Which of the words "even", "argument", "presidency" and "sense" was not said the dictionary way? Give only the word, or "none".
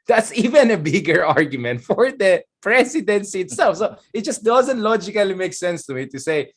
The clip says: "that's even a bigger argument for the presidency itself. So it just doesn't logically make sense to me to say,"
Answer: presidency